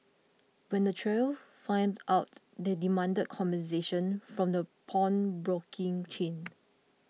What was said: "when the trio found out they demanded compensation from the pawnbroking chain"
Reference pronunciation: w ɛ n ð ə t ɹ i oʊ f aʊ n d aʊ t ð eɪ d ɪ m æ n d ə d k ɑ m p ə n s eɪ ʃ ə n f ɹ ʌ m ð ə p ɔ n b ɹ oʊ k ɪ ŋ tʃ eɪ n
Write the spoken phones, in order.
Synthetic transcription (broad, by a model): w ɛ n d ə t ɹ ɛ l f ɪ n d aʊ t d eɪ d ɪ m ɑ n d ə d k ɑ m b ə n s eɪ ʃ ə n f ɹ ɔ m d ə p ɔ n b ɹ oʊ k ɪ ŋ tʃ eɪ n